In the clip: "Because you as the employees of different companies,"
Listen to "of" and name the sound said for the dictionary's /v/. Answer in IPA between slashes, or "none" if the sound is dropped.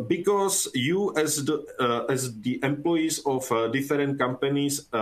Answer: /f/